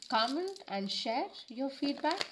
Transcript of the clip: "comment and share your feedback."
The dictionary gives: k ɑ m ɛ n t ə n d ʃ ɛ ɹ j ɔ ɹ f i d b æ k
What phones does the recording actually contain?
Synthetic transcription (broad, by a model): k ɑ m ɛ n t ə n d ʃ ɛ ɹ j ɔ ɹ f i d b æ k